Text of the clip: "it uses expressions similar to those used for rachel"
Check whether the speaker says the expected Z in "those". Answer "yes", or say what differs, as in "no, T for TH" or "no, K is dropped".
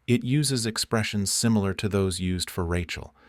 yes